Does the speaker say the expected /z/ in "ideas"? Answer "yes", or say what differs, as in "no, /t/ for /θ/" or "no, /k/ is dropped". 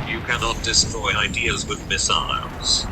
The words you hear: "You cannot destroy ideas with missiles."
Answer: yes